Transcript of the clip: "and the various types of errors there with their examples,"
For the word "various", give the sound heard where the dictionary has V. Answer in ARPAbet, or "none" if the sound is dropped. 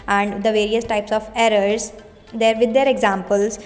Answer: V